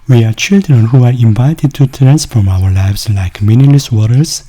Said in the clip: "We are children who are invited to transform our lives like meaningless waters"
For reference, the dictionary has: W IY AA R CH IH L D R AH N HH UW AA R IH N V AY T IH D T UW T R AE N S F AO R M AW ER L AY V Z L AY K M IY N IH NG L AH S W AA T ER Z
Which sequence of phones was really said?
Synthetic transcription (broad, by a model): W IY AA R CH IH L D R AH N HH UW AA R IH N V AY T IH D T UW T R AE N S F AO R M AW ER L AY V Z L AY K M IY N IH L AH S W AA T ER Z